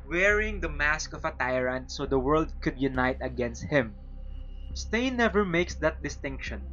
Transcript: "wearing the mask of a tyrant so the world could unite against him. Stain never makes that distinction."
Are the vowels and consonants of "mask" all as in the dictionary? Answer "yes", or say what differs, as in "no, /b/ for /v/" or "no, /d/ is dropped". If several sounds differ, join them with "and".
yes